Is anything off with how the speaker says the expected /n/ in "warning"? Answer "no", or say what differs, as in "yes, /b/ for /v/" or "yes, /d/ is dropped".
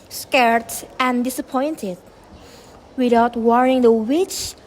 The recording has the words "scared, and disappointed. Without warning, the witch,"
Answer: yes, /n/ is dropped